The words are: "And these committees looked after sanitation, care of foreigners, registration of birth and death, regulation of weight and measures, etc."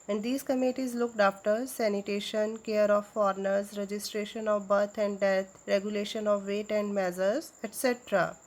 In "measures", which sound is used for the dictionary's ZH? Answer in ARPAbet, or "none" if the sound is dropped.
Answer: Z